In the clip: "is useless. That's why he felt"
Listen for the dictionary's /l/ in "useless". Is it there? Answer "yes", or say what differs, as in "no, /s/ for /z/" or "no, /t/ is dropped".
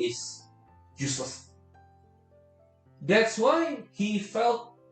no, /l/ is dropped